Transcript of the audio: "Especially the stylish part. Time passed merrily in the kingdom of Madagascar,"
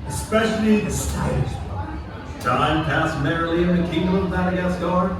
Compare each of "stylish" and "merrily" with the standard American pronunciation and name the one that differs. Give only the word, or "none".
stylish